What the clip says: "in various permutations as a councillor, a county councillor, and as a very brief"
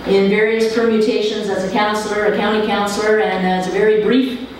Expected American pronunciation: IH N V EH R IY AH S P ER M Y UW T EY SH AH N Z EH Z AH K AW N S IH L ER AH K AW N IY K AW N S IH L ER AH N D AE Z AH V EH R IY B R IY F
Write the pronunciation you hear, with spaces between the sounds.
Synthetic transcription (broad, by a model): IH N V EH R IY AH S P ER M Y UW T EY SH AH N Z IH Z AH K AW N S L ER AH K AW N IY K AW N S L ER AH N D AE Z AH V EH R IY B R IY F